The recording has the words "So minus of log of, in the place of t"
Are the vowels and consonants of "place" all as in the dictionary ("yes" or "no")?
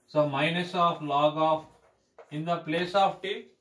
yes